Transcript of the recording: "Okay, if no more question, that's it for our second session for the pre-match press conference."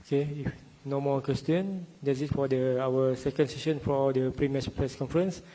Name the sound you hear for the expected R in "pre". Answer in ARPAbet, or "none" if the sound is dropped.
R